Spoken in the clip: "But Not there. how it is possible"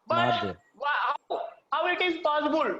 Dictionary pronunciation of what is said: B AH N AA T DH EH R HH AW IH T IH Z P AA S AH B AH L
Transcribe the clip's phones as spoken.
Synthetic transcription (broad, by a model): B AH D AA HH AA W HH AW IH T IH Z P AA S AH B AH L